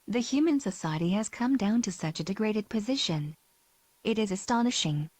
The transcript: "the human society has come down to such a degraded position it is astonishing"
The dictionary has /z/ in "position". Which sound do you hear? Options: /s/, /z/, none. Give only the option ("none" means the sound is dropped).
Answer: /z/